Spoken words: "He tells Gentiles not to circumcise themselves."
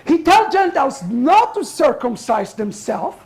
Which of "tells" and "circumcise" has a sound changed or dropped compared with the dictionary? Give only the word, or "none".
tells